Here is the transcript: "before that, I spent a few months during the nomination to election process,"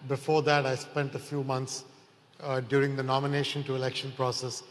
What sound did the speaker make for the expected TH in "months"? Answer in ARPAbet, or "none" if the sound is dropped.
T